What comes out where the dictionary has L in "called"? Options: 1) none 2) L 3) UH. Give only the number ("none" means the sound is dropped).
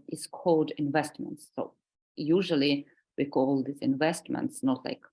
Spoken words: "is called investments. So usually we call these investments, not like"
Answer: 1